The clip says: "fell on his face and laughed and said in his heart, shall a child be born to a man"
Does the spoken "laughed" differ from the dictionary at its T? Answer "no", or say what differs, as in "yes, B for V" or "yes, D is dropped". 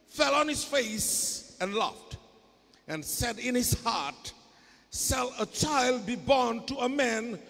no